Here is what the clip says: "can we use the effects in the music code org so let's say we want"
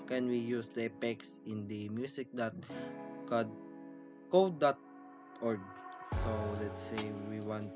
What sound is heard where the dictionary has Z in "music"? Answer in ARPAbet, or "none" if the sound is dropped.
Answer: S